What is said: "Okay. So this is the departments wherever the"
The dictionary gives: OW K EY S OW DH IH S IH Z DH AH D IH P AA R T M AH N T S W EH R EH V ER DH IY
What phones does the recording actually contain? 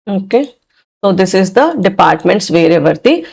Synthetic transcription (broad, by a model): OW K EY S OW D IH S IH Z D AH D IH P AA R T M AH N T S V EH R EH V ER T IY